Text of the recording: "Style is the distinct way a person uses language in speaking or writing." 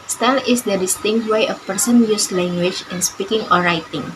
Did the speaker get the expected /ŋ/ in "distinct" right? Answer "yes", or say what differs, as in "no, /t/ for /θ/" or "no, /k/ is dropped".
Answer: yes